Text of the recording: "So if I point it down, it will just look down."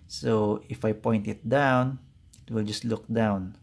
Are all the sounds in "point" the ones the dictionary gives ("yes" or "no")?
yes